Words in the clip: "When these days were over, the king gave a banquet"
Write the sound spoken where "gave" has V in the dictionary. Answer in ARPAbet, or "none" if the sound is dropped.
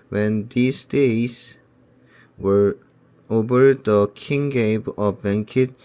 B